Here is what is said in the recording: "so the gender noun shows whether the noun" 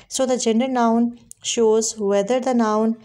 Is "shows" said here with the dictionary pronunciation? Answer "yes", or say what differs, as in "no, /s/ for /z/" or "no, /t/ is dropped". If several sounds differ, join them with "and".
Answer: yes